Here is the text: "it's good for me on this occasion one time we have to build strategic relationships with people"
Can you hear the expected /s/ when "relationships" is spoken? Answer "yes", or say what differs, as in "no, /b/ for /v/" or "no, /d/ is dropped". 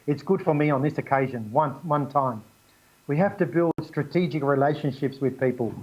yes